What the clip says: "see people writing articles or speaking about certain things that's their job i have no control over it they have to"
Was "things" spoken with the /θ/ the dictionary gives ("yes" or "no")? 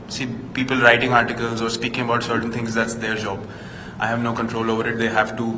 no